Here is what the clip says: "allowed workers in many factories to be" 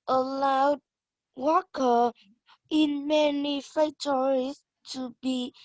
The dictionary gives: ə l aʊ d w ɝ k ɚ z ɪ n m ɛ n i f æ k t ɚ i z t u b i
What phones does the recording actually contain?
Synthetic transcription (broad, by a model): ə l aʊ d w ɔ k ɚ ɪ n m ɛ n i f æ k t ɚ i s t u b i